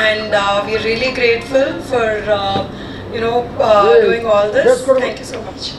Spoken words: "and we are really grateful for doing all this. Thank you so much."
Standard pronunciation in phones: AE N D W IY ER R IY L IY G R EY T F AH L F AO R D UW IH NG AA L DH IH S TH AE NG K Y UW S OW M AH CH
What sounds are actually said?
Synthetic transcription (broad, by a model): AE N D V IY ER R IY L IY G R EY T F AH L F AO R D UW IH NG AA L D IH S T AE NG K Y UW S OW M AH CH